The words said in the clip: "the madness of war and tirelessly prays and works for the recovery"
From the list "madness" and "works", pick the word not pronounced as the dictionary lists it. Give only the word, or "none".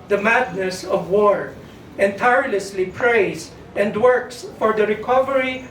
none